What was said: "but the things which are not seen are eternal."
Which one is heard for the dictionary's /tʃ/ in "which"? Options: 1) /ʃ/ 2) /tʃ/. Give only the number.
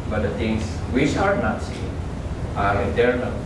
1